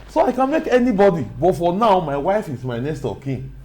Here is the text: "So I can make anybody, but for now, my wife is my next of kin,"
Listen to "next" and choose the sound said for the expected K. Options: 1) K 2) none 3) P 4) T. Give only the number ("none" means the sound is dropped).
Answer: 2